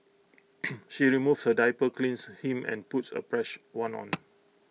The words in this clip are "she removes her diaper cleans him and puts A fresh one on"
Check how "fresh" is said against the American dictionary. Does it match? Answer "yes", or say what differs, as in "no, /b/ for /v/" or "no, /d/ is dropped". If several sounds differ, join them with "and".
no, /p/ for /f/